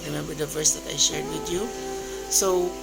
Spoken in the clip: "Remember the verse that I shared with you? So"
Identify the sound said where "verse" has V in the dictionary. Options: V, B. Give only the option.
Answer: V